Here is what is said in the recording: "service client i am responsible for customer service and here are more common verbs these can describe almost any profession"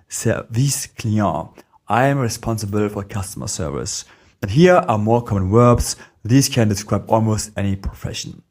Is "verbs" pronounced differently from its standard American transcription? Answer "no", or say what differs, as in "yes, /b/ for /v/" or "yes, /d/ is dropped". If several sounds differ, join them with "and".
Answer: yes, /w/ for /v/